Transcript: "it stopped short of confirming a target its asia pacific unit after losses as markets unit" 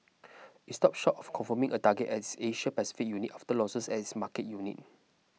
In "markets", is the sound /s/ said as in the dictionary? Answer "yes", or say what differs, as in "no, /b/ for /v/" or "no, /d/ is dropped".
no, /s/ is dropped